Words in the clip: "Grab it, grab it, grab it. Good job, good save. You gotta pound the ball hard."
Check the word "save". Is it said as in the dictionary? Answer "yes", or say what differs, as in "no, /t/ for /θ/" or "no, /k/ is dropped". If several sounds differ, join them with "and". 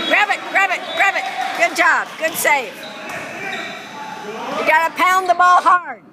no, /f/ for /v/